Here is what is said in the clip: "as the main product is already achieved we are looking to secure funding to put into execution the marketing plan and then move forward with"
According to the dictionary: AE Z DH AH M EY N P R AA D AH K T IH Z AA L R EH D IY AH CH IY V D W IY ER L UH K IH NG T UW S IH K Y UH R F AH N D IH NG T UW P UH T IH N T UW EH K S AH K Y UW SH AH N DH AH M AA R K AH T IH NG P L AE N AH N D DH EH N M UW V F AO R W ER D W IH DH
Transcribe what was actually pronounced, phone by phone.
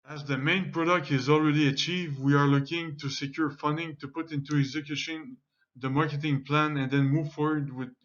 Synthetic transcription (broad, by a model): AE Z DH AH M EY N P R AA D AH K T IH Z AA L R EH D IY AH CH IY V D W IY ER L UH K IH NG T UW S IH K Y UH R F AH N D IH NG T UW P UH T IH N T UW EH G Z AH K Y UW SH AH N DH AH M AA R K AH T IH NG P L AE N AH N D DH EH N M UW V F AO R W ER D W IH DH